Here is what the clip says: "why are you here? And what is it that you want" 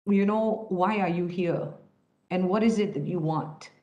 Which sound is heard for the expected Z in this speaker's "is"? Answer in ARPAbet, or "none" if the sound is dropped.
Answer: Z